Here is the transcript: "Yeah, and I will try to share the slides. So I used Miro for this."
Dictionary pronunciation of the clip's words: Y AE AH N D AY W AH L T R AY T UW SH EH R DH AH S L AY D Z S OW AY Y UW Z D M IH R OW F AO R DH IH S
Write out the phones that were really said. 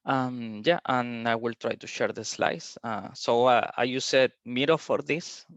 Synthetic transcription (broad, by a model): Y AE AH N AY W AH L T R AY T UW SH EH R DH AH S L AY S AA S OW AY Y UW S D M IH R OW F AO R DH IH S